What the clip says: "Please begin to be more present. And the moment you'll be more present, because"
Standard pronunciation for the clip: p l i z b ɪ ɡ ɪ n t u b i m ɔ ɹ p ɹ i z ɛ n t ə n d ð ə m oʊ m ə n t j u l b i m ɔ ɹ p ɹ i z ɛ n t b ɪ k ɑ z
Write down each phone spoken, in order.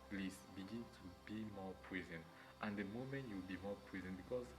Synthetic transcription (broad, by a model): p l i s b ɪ ɡ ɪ n t u b i m ɔ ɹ p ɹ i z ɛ n t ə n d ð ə m oʊ m ə n t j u w b i m ɔ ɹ p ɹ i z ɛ n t b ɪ k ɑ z